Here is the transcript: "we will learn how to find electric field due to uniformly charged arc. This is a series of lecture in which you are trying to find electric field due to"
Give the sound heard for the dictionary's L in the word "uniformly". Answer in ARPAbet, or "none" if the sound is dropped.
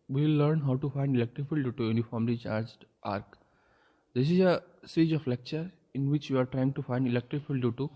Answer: L